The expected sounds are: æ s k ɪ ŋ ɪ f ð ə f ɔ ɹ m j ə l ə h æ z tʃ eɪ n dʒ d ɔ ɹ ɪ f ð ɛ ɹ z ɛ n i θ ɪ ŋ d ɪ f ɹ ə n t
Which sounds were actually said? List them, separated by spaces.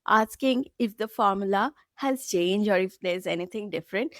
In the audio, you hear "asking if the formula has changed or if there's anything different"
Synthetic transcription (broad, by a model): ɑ s k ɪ ŋ ɪ f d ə f ɔ ɹ m j ə l ə h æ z tʃ eɪ n dʒ ɔ ɹ ɪ f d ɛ ɹ z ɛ n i t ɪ ŋ d ɪ f ɹ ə n t